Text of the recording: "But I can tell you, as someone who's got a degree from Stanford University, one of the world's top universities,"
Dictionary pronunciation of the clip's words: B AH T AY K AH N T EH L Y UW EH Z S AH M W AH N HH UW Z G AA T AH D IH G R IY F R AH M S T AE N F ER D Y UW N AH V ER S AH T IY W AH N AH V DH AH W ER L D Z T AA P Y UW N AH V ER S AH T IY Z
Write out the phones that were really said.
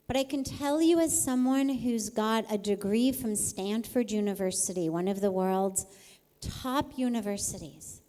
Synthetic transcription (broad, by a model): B AH T AY K AH N T EH L Y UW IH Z S AH M W AH N HH UW Z G AA T AH D IH G R IY F R AH M S T AE N F ER D Y UW N AH V ER S AH T IY W AH N AH V DH AH W ER L D Z T AA P Y UW N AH V ER S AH T IY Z